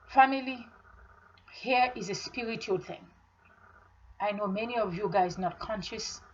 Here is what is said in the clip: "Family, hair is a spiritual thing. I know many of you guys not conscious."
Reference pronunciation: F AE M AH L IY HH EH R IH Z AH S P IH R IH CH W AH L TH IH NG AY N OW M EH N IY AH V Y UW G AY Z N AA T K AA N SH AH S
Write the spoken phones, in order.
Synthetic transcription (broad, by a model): F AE M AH L IY HH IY R IH Z AH S P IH R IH CH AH L TH IH NG AY N OW M EH N IY AH V Y UW G AY Z N AA T K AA N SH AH S